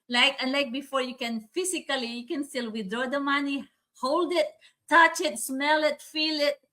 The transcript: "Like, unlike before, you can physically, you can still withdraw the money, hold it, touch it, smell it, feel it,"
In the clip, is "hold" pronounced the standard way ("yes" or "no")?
yes